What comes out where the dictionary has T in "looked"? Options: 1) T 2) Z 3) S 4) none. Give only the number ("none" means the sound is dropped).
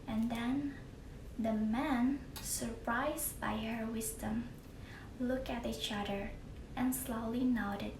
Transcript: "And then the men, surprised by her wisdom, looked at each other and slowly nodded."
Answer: 4